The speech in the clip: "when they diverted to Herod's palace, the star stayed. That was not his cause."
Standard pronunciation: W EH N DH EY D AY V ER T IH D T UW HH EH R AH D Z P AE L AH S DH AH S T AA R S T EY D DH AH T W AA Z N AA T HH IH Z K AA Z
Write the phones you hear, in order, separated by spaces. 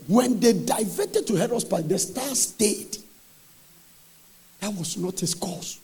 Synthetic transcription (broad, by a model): W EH N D EY D AY V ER T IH D T UW HH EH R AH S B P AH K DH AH S T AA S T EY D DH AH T W AA S N AA T HH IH S K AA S